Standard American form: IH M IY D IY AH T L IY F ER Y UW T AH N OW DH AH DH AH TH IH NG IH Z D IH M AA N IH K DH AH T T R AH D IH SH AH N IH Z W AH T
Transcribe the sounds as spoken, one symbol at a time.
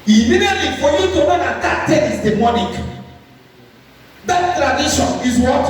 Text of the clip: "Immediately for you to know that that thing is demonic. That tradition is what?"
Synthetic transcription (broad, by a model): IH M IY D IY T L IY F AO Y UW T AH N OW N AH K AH T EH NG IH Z D IH M AA N IH K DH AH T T R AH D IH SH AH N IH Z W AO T